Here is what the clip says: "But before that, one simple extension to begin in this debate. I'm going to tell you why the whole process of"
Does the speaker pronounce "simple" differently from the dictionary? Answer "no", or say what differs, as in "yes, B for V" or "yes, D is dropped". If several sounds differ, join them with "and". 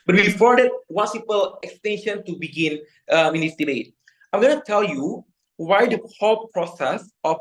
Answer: yes, M is dropped